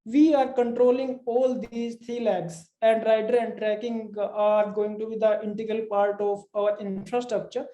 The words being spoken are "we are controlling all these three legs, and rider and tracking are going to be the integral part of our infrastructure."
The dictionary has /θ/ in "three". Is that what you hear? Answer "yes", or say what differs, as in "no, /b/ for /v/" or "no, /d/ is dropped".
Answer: no, /t/ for /θ/